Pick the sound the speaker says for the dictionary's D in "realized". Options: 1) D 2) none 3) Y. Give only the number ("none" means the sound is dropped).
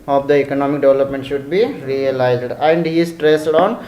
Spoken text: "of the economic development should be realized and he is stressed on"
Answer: 1